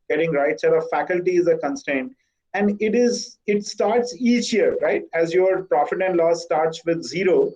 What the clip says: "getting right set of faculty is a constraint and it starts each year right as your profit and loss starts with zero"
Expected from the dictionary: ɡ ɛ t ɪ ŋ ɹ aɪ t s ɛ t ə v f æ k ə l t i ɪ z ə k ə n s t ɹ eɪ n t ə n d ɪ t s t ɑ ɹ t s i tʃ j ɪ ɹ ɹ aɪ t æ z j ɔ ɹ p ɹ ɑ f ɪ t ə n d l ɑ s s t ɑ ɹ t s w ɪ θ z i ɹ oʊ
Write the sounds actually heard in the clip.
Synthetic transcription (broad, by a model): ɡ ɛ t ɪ ŋ ɹ aɪ t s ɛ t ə f æ k ə l t i ɪ z ə k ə n s t eɪ n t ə n d ɪ t s t ɑ ɹ t s i tʃ j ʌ ɹ ɹ aɪ t æ z j ɔ ɹ p ɹ ɑ f ɪ t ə n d l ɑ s s t ɑ ɹ t s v ɪ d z i ɹ oʊ